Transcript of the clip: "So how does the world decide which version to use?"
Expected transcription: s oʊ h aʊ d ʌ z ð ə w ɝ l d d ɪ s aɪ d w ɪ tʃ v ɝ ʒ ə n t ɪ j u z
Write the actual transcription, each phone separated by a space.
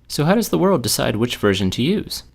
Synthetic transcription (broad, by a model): s oʊ h aʊ d ʌ z ð ə w ɝ l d d ɪ s aɪ d w ɪ tʃ v ɝ ʒ ə n t ɪ j u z